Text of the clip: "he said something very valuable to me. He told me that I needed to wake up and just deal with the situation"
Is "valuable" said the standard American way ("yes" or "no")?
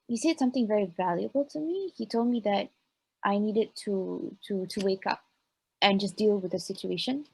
yes